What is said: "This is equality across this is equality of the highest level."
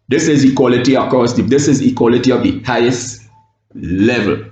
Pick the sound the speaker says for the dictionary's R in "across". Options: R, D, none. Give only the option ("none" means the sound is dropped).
none